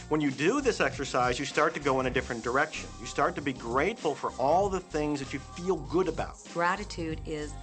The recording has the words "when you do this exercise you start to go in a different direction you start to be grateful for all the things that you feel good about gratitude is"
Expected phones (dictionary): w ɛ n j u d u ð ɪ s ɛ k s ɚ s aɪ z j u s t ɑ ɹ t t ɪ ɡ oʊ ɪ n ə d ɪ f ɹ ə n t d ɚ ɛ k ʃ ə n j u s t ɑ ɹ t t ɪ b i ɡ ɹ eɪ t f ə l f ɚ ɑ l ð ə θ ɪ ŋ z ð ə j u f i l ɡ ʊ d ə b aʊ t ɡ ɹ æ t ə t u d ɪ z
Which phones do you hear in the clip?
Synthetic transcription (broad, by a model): w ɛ n j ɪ d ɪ ð ɪ s ɛ k s ɚ s aɪ z j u s t ɑ ɹ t t ɪ ɡ oʊ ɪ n ə d ɪ f ɹ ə n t d ɚ ɛ k ʃ ə n j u s t ɑ ɹ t t ɪ b i ɡ ɹ eɪ t f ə l f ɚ ɑ l ð ə θ ɪ ŋ z ð ə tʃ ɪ f i l ɡ ʊ d ə b aʊ t ɡ ɹ æ t ə t u d ɪ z